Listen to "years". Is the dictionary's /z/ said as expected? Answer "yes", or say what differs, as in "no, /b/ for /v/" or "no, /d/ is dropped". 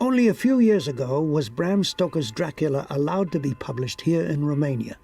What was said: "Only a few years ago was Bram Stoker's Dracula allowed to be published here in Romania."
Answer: yes